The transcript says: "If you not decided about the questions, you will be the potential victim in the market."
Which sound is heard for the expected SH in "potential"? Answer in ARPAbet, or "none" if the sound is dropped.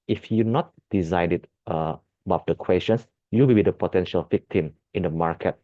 SH